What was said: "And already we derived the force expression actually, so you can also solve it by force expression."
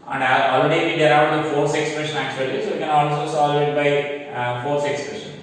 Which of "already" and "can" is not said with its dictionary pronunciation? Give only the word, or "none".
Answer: already